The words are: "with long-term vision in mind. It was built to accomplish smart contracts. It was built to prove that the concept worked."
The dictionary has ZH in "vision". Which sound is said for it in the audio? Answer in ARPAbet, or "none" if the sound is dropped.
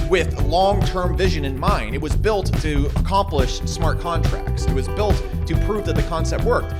ZH